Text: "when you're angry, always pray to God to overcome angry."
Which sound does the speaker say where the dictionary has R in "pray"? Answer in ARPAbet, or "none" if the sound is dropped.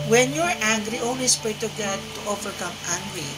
none